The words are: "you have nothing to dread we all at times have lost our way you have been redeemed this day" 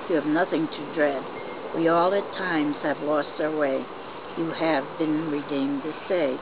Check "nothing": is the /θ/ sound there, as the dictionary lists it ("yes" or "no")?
yes